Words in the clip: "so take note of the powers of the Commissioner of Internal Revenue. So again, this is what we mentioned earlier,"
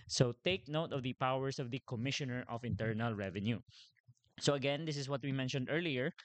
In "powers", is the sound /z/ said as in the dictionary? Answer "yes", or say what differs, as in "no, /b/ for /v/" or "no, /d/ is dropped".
no, /s/ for /z/